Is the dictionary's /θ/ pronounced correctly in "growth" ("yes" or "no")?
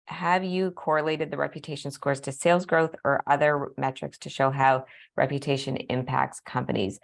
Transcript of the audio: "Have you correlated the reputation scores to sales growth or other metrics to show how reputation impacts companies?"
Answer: yes